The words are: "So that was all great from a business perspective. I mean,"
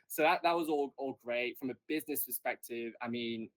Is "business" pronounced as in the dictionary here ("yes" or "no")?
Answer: yes